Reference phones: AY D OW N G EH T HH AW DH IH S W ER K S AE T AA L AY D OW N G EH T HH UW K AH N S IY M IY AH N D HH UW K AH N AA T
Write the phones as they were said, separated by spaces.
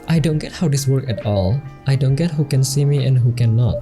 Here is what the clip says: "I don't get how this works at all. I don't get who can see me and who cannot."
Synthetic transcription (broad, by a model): AY D OW N G EH T HH AW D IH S W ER K AE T AA L AY D OW N G EH T HH UW K AH N S IY M IY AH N HH UW K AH N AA T